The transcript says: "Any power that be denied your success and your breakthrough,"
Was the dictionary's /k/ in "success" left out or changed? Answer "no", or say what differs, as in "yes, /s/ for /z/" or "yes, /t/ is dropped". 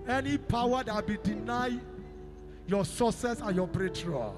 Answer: yes, /k/ is dropped